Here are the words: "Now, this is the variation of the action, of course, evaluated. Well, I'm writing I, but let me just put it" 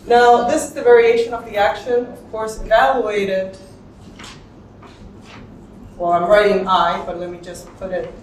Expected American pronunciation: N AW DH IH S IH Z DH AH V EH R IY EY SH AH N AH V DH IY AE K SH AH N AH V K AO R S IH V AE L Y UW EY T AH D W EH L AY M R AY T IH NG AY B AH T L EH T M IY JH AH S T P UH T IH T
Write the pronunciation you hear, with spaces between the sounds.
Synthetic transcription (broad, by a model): N AW DH IH S IH Z DH AH V EH R IY EY SH AH N AH V DH IY AE K SH AH N AH V K AO R S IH V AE L Y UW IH T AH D W EH L AY M R AY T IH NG AY B AH T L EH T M IY JH AH S P UH T IH T